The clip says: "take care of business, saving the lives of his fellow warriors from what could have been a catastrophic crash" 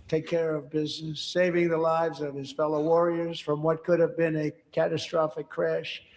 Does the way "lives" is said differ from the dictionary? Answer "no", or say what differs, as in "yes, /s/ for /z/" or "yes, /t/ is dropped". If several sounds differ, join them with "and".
no